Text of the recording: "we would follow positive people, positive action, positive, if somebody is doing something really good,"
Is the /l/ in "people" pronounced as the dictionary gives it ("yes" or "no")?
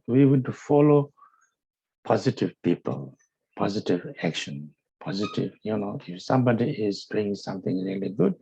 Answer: yes